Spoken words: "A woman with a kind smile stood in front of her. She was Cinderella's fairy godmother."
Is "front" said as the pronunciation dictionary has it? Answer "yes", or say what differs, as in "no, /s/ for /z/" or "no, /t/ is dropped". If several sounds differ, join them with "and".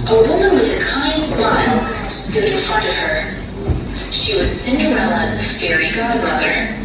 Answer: yes